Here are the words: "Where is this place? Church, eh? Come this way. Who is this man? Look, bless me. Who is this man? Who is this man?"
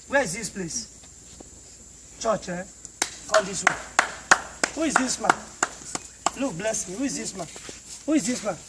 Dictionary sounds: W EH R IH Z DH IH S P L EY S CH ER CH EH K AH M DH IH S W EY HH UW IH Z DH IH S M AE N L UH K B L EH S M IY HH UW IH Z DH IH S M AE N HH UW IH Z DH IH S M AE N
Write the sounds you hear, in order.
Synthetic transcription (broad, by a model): W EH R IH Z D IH S P L EY S CH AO CH EH K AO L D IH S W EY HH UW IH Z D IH S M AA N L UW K B L EH S M IY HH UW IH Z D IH S M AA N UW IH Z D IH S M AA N